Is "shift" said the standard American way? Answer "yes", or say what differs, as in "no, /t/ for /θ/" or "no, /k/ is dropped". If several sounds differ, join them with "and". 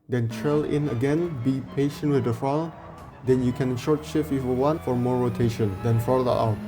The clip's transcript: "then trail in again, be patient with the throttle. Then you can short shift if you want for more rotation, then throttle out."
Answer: no, /t/ is dropped